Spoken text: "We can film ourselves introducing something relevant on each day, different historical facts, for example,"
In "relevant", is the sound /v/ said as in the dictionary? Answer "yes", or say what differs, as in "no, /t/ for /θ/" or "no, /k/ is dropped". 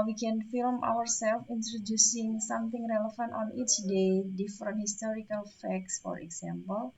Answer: no, /f/ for /v/